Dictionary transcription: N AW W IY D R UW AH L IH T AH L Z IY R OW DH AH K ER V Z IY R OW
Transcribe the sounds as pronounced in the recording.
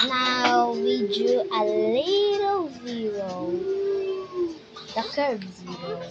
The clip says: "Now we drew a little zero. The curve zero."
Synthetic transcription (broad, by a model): N AW W IY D UW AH L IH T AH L Z IY R OW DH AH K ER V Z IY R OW